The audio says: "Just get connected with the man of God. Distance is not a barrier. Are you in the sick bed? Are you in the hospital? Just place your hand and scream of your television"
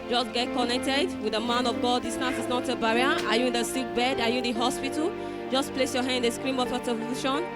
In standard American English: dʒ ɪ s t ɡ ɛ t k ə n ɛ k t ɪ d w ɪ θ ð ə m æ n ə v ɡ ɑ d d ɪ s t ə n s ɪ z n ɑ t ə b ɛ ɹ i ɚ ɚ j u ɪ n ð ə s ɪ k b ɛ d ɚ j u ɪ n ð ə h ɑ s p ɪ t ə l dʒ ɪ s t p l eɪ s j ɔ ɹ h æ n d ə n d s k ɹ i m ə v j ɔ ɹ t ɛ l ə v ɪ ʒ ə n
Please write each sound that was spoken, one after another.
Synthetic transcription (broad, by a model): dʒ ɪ s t ɡ ɛ t k ə n ɛ k t ɪ d w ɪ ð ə m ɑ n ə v ɡ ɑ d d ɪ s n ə s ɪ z n ɑ t ə b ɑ ɹ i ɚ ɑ j u ɪ n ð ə s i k b ɛ d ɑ j u ɪ n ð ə h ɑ s p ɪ t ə l dʒ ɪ s p l eɪ s j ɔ h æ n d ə s k ɹ i m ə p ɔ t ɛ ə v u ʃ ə n